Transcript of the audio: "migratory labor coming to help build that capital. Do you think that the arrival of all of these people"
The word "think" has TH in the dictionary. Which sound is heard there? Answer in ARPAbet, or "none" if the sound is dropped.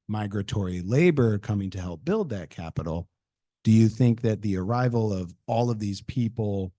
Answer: TH